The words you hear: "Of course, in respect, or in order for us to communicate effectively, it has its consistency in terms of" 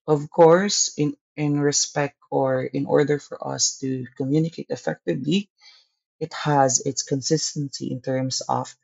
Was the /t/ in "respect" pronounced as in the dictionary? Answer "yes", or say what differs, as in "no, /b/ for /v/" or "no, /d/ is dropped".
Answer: yes